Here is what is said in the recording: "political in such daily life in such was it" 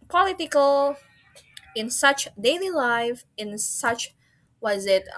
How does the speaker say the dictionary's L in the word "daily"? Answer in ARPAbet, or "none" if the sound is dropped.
L